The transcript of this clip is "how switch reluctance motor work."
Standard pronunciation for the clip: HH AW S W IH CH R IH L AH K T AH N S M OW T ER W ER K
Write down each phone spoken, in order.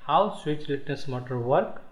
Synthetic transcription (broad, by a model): HH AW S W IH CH L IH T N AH S M OW T ER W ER K